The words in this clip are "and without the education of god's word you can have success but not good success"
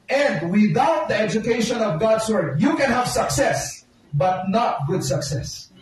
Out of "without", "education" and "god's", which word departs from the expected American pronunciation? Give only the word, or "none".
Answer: god's